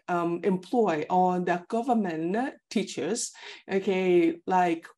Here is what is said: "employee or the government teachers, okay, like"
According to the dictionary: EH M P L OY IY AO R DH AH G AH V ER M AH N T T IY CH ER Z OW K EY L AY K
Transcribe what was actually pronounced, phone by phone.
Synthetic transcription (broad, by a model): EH M P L OY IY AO L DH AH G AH V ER M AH N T T IY CH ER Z OW K EY L AY K